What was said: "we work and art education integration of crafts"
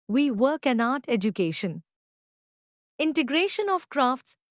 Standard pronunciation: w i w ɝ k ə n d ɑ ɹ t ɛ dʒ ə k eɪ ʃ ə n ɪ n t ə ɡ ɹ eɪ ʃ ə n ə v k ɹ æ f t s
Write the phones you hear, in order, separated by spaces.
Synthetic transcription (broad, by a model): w i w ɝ k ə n ɑ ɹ t ɛ dʒ ə k eɪ ʃ ə n ɪ n t ə ɡ ɹ eɪ ʃ ə n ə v k ɹ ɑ f t s